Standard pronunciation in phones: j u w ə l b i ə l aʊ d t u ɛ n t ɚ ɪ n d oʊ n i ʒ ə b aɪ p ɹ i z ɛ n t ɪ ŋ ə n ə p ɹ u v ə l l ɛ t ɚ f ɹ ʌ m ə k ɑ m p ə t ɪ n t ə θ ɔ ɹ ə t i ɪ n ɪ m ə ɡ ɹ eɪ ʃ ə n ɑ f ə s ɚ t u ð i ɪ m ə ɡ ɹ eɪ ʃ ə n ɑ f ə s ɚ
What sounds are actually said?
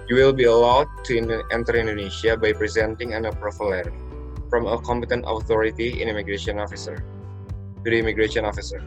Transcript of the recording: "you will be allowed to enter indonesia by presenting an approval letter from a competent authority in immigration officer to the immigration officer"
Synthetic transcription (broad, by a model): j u w ə l b i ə l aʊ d t u ɛ n t ɚ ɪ n d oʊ n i ʃ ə b aɪ p ɹ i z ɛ n t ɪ ŋ ə n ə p ɹ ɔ f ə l l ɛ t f ɹ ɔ m ə k ɑ m p ə t ɪ n t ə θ ɔ ɹ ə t i ɪ n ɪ m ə ɡ ɹ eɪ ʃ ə n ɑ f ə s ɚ t u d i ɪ m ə ɡ ɹ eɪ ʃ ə n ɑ f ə s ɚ